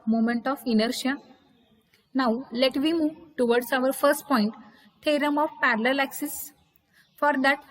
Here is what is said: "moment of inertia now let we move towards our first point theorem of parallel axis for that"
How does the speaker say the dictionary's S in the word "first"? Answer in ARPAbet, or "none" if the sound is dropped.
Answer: S